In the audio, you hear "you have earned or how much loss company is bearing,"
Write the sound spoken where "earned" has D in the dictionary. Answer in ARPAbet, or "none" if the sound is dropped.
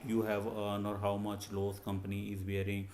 none